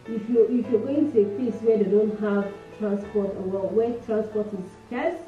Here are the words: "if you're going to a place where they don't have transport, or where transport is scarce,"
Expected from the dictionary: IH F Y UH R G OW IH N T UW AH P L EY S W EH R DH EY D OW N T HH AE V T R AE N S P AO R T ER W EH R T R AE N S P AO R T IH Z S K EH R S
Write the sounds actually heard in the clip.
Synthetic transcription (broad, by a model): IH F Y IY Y G OW IH N T UW AH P EY S W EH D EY D OW N T HH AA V T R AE N S P AO T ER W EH W T R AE N S P AO T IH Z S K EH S